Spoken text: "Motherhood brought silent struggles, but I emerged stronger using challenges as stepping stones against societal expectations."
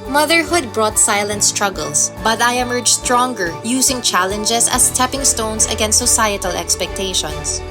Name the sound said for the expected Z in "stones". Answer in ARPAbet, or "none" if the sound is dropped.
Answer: S